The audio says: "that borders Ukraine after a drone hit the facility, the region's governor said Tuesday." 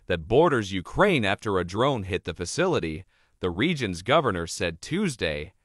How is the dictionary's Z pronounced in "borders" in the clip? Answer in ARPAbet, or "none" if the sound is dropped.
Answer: Z